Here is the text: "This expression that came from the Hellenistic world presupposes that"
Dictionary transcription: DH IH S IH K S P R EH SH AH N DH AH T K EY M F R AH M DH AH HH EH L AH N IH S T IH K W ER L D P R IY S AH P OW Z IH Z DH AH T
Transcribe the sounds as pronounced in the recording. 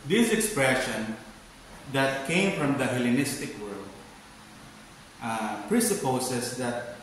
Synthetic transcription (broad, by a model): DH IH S IH K S P R EH SH AH N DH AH T K EY M F R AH M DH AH HH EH L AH N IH S T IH K W ER L D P R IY S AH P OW S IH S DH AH T